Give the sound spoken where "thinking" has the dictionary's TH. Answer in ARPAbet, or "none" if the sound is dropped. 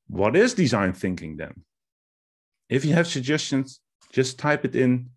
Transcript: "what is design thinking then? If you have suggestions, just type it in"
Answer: TH